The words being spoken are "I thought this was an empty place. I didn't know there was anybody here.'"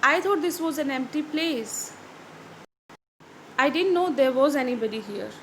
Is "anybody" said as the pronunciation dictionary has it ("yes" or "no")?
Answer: yes